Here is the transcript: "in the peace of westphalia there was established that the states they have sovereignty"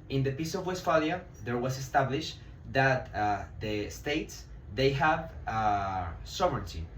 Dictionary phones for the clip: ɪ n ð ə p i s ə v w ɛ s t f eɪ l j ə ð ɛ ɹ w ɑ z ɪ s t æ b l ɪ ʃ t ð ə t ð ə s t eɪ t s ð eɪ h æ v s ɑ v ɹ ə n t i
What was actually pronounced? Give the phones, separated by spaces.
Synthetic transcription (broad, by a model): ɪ n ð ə p i s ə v w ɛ s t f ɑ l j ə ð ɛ ɹ w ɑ s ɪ s t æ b l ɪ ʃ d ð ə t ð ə s t eɪ t s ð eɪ h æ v s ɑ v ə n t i